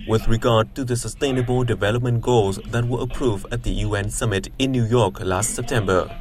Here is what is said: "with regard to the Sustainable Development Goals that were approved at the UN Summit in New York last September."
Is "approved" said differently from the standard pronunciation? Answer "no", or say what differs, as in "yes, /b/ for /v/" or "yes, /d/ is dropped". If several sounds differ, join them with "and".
yes, /d/ is dropped